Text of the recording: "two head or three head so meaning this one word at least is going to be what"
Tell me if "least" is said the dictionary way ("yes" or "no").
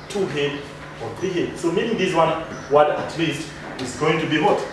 yes